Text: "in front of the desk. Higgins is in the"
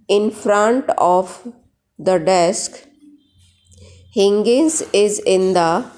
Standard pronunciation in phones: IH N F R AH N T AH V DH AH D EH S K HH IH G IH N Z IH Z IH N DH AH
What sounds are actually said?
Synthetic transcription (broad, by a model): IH N F R AH N T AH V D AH D EH S K HH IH G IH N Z IH Z IH N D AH